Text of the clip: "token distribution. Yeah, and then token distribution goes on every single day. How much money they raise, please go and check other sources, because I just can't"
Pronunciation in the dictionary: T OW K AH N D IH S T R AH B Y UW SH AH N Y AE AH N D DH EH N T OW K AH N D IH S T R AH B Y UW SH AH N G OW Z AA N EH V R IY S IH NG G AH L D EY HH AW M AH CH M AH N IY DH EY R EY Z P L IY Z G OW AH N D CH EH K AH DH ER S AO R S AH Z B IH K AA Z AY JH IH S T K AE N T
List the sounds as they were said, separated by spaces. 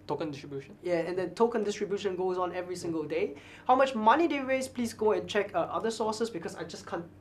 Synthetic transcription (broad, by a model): T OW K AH N D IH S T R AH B Y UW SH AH N Y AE AH N D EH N T OW K AH N D IH S T R AH B Y UW SH AH N G OW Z AA N EH V R IY S IH NG G AH L D EY HH AW M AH CH M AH N IY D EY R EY S P L IY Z G OW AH N CH EH K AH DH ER S AO S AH S B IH K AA S AY JH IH S K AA N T